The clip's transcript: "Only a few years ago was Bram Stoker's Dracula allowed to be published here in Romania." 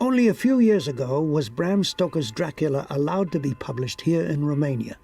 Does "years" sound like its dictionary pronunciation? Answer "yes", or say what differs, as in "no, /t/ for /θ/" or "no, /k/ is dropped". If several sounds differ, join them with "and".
yes